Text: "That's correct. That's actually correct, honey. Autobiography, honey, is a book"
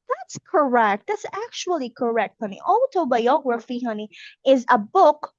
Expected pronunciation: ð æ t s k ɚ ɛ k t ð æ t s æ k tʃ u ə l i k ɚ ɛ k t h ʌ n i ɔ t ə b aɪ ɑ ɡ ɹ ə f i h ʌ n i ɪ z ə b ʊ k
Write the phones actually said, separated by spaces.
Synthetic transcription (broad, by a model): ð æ t s k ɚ ɛ k t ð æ t s æ k tʃ u ə l i k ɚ ɛ k t h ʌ n i ɔ t ə b aɪ ɑ ɡ ɹ ə f i h ʌ n i ɪ z ə b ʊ k